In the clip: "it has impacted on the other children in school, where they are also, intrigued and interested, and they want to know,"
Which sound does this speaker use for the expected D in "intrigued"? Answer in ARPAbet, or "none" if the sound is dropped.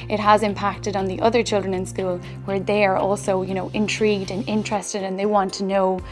D